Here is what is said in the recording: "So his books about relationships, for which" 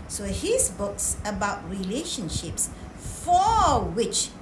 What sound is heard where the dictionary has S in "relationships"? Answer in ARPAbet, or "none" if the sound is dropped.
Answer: S